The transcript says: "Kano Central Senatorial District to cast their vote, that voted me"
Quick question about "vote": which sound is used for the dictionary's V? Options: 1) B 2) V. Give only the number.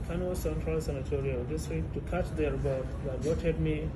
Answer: 1